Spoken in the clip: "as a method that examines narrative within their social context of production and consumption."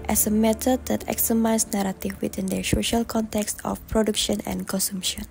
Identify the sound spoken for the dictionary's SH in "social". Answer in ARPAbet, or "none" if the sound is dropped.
SH